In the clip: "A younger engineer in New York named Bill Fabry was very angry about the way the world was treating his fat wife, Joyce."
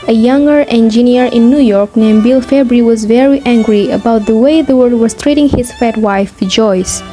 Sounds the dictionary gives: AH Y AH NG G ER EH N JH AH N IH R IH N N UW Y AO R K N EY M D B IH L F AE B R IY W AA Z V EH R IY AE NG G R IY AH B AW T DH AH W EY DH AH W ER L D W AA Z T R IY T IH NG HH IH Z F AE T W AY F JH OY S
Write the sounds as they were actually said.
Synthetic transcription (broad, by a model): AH Y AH NG G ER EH N JH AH N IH R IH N N UW Y AO R K N EY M B IH L F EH B R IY W AA Z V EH R IY AE NG G R IY AH B AW T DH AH W EY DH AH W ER D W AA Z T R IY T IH NG HH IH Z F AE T W AY F JH OY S